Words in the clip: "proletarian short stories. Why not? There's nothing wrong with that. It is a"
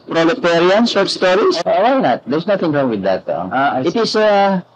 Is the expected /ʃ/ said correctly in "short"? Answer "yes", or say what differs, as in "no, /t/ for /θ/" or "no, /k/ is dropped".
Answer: no, /s/ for /ʃ/